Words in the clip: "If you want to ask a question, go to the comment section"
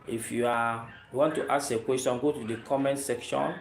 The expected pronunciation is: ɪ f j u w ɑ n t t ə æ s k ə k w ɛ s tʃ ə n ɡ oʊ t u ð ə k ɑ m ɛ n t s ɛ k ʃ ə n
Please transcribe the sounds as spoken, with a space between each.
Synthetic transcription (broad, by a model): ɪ f j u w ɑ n t t ə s ə k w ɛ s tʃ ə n ɡ oʊ t u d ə k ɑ m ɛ n s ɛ k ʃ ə n